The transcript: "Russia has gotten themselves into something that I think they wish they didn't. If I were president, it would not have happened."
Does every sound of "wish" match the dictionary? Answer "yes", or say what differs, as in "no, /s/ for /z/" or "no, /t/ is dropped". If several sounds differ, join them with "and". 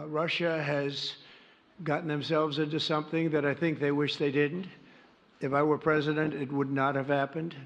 yes